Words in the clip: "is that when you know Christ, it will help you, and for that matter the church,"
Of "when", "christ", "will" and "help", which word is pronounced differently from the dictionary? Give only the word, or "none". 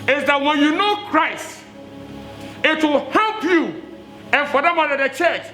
none